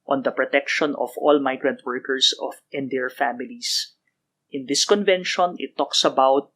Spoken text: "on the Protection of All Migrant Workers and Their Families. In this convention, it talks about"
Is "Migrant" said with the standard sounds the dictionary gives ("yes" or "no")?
yes